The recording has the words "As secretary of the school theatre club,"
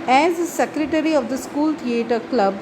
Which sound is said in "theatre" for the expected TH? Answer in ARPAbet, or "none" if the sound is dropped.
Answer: T